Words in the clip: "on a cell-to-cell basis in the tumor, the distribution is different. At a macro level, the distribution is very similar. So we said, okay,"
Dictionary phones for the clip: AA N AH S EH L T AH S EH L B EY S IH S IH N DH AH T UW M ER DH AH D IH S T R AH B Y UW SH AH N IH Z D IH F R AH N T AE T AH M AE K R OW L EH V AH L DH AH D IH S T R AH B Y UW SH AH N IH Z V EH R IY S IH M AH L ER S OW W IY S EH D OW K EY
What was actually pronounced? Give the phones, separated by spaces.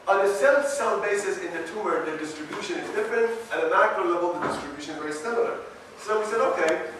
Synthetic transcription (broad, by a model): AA N AH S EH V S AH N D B EY S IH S IH N DH AH T UW M ER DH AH D IH S T R AH B Y UW SH AH N IH Z D IH F R AH N T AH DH AH M AE K R OW L EH V AH L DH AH D IH S T R AH B Y UW SH AH N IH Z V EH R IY S IH M AH L ER S OW W IY S EH D OW K EY